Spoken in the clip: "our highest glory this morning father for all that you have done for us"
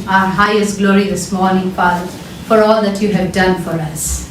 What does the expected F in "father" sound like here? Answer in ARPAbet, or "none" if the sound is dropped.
P